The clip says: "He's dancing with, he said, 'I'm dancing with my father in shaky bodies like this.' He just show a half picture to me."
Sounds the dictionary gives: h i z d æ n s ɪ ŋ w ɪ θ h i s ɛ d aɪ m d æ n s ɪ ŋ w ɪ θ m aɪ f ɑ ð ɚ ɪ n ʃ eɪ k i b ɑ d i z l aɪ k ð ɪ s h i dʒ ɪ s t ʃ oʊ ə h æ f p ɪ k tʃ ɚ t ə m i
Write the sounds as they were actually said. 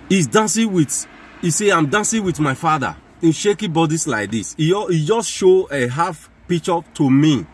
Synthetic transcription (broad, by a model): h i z d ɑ n s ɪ w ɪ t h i s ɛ aɪ m d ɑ n s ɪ w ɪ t m aɪ f ɑ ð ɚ ɪ n ʃ eɪ k i b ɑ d i s l aɪ k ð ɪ s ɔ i dʒ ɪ s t ʃ oʊ ə h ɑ f p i k tʃ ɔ t ə m i